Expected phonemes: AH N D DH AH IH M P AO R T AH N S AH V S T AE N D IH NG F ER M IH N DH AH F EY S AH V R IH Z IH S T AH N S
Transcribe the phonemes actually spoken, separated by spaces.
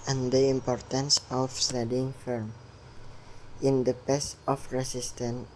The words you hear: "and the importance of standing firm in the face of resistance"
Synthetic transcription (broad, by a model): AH N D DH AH IH M P AO R T AH N S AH F S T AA D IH NG F ER M IH N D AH P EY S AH F R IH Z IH S T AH N